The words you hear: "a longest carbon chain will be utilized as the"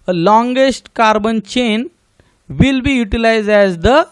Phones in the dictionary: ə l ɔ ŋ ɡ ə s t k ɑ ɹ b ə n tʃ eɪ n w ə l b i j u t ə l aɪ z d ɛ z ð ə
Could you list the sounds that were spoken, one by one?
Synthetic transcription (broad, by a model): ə l ɔ ŋ ɡ ə s t k ɑ ɹ b ə n tʃ eɪ n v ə l b i j u t ə l aɪ z d ɛ z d ə